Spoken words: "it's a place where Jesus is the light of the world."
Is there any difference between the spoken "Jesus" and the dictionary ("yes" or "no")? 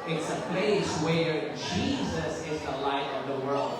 no